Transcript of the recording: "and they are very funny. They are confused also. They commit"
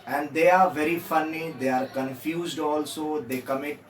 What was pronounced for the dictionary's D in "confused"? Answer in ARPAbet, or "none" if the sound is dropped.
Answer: D